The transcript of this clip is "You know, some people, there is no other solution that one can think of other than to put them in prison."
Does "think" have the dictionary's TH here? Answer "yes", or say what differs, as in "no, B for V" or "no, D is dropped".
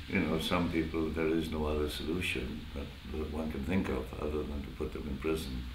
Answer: yes